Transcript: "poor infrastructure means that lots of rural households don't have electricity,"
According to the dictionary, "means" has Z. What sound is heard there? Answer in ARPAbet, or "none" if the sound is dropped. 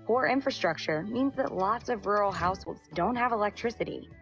Z